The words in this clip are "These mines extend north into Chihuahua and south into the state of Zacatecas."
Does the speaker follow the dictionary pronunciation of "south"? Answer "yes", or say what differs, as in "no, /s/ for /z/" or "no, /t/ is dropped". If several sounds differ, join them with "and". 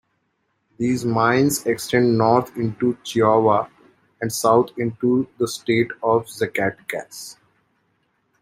no, /t/ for /θ/